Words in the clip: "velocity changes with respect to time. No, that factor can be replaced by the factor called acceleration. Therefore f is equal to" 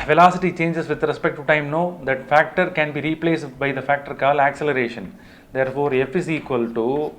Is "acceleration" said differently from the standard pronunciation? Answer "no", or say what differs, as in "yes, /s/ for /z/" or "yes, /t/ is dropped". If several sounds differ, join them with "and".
no